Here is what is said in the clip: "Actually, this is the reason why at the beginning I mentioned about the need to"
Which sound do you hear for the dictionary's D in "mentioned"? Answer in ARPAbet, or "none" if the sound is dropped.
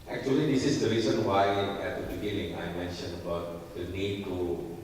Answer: none